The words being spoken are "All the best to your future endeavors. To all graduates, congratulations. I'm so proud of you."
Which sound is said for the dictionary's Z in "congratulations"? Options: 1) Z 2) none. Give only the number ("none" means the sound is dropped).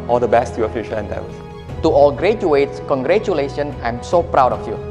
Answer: 2